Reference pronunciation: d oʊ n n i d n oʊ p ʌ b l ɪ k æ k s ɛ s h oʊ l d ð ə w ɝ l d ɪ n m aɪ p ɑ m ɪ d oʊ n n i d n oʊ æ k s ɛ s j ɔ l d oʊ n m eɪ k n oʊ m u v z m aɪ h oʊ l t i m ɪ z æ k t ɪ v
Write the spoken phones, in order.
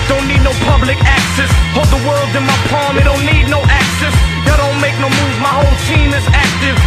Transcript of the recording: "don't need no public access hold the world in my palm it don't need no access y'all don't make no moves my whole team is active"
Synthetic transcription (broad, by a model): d oʊ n n i d n oʊ p ʌ b l ɪ k æ k s ɛ s h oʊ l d ð ə w ɝ l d ɪ n m aɪ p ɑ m ɪ d oʊ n n i d n oʊ æ k s ɛ s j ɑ d oʊ n m eɪ k n oʊ m u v m aɪ h oʊ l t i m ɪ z æ k t ɪ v